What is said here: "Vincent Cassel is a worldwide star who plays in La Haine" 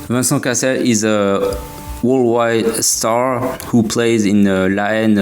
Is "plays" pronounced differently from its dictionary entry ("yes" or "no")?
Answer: no